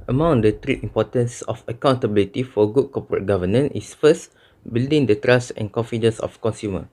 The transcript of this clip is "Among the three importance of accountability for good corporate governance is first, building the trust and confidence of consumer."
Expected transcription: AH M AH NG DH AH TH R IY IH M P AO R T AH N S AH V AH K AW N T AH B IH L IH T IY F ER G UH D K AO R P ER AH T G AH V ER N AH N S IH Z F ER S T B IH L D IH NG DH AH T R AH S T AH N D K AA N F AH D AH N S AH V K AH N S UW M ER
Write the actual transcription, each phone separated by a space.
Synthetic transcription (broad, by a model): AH M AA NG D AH T R IY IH M P AO T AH N S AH F AH K AW N T AH B IH L IH T IY F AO G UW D K AO P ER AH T G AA V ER N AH N IH S F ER S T B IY L D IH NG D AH T R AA S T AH N K AA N F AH D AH N S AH F K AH N S UW M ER